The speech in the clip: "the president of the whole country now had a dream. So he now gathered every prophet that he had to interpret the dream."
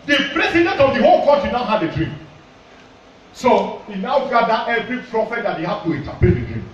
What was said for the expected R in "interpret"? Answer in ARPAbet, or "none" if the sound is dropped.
none